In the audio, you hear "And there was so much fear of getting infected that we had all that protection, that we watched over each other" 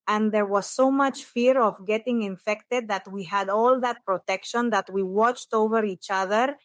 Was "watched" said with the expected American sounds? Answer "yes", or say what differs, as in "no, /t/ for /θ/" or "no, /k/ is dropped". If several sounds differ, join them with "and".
yes